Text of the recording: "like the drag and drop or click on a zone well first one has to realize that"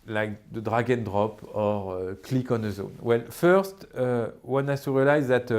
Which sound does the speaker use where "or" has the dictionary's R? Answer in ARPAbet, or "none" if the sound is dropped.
R